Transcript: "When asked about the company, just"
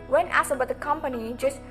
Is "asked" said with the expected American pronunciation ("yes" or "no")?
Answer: no